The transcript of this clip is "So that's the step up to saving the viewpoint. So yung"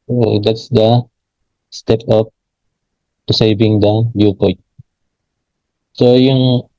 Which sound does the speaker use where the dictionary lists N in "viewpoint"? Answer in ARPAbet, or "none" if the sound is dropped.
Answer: none